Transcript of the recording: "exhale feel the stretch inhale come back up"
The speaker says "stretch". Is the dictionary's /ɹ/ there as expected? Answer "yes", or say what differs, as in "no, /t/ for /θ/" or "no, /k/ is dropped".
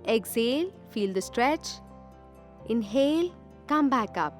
yes